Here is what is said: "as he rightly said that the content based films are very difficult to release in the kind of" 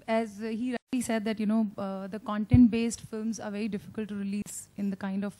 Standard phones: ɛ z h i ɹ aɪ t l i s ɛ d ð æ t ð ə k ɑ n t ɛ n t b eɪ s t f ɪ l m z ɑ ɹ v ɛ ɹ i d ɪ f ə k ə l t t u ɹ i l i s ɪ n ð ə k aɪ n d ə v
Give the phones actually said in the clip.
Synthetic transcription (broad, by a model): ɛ z h i ɹ aɪ t l i s ɛ d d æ t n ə k ɑ n t ɛ n t b eɪ s t f ɪ l m z ɑ ɹ v ɛ ɹ i d ɪ f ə k ə l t t u ɹ i l i s ɪ n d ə k aɪ n d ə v